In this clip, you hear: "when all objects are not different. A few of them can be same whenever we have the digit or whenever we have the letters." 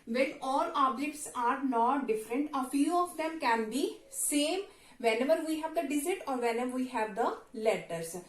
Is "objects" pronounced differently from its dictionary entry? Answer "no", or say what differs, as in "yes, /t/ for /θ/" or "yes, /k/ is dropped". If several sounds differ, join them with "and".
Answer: no